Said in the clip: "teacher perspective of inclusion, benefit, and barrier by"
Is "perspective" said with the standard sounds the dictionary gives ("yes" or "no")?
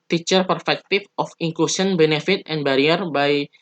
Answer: no